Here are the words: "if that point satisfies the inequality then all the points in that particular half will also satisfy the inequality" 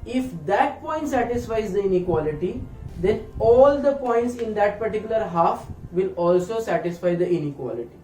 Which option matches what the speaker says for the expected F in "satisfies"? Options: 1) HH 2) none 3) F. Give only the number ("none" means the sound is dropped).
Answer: 3